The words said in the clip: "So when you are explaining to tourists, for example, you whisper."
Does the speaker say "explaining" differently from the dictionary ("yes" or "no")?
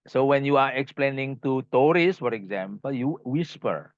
no